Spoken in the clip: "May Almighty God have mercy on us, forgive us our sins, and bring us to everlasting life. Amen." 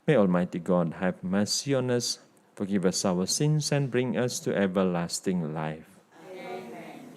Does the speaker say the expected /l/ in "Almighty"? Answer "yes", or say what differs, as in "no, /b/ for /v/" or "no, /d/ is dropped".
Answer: yes